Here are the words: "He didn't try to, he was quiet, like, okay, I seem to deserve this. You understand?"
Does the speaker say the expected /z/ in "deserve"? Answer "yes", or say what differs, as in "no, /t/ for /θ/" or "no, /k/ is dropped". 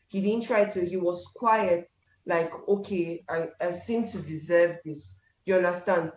yes